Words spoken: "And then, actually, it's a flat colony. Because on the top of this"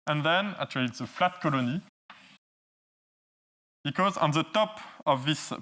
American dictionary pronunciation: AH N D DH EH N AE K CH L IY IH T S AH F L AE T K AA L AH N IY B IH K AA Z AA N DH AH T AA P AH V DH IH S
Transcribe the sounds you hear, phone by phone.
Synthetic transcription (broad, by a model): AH N DH EH N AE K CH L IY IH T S AH F L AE T K AA L AH N IY B IH K AA Z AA N DH AH T AA P AH V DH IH S